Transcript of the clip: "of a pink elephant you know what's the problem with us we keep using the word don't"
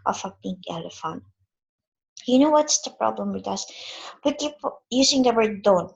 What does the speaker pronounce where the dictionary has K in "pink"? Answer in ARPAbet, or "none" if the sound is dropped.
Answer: none